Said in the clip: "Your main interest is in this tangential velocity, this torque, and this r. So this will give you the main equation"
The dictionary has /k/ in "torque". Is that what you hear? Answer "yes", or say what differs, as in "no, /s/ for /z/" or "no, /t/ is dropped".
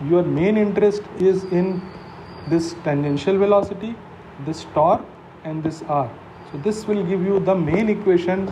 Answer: no, /k/ is dropped